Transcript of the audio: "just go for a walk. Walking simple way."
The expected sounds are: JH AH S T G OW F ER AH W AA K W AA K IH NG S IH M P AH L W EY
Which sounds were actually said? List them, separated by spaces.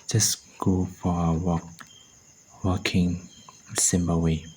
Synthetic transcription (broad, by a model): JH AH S G OW F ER AH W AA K W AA K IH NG S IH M B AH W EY